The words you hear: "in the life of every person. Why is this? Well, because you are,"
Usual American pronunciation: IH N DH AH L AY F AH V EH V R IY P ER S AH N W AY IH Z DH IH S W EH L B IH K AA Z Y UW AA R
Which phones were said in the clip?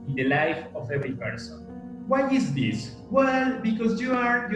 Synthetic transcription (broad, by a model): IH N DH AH L AY F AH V EH V R IY P ER S AH N W AY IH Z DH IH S W EH L B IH K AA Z Y UW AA R